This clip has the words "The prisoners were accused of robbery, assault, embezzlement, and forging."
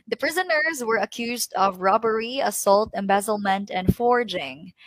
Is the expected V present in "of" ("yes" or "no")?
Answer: yes